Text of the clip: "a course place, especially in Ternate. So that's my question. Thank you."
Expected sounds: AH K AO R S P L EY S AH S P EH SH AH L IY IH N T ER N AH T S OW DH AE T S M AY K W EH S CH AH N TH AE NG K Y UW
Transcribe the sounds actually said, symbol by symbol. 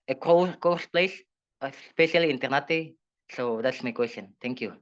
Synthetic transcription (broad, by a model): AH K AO W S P L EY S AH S P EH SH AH L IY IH N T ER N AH T S OW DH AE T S M AY K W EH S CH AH N T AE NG K Y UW